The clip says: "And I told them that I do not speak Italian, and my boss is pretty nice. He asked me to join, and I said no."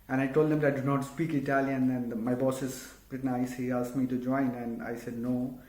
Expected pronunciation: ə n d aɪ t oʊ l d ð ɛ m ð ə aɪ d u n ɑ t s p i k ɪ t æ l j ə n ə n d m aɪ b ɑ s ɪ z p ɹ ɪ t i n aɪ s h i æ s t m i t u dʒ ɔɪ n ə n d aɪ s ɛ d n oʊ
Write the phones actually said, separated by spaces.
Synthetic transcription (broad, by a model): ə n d aɪ t oʊ l d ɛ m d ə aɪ d u n ɑ t s p i k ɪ t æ l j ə n ə n d m aɪ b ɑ s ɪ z b ɹ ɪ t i n aɪ s h i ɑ s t m i t u dʒ ɔɪ n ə n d aɪ s ɛ d n oʊ